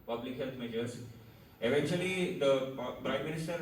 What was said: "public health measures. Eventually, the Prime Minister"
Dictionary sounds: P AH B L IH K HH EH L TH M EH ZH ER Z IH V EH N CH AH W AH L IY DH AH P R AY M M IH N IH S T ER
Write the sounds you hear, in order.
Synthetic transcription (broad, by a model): P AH B L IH K HH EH L T M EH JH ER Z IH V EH N CH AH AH L IY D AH P R AY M M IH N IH S T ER